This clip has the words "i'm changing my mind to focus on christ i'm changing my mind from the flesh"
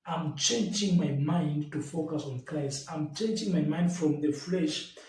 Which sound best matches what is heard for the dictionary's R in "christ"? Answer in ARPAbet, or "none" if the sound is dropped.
none